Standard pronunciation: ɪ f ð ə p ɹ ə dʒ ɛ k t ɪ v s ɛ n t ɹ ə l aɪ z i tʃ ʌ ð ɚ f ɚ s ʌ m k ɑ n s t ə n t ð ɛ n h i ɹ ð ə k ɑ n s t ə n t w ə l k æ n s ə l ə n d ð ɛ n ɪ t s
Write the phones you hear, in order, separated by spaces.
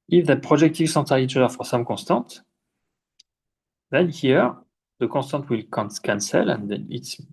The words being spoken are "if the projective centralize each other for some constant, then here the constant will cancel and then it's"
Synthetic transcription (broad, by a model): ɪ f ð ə p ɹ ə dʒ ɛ k t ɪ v s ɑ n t ə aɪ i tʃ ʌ ɚ f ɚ s ʌ m k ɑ s t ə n t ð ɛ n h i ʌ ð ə k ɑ s t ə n t w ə l k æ n s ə l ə n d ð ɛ n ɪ t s